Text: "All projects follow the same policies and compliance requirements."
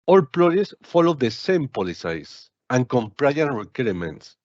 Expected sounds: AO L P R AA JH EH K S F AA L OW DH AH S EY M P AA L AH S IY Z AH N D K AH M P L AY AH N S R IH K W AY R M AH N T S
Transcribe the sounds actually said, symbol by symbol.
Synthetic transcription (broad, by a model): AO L P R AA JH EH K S F AA L OW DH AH S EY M P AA L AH S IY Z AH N K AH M P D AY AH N R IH K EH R M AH N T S